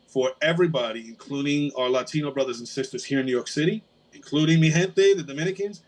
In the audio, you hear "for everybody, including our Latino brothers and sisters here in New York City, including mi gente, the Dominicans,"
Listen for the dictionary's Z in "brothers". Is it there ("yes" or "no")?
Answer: yes